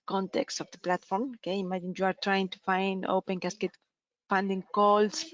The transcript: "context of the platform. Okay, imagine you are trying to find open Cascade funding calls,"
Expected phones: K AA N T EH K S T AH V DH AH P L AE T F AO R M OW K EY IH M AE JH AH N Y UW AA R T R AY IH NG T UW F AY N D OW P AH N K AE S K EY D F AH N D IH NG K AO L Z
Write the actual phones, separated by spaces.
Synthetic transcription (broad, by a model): K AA N T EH K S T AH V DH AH P L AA T F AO R M OW K EY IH M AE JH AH N Y UW AA R T R AY IH NG T UW F AY N D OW P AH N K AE S K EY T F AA N D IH NG K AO L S